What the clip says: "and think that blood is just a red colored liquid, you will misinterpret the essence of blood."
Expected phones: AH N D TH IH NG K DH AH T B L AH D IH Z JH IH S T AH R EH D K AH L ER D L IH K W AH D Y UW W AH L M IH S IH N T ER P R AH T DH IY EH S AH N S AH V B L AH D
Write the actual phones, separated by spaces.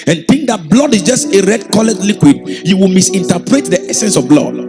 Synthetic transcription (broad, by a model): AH N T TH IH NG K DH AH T B L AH D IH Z JH IH S T AH R EH D K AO L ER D L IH K W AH D Y UW W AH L M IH S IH N T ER P R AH T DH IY EH S AH N S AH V B L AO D